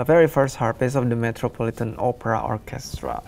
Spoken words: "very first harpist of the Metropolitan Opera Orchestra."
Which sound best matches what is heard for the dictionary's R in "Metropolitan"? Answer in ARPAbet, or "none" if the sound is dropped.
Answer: R